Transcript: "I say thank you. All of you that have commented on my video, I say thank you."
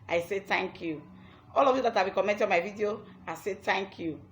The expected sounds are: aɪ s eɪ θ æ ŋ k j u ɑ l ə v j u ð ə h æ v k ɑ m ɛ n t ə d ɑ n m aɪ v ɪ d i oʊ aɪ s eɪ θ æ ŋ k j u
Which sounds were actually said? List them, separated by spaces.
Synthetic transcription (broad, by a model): aɪ s eɪ t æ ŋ k j u ɑ l ə v j u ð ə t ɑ b k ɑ m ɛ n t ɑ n m aɪ v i d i oʊ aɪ s eɪ t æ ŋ k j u